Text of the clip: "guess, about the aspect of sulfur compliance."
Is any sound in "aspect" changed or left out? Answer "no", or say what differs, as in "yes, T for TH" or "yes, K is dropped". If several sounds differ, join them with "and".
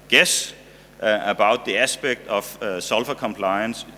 yes, B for P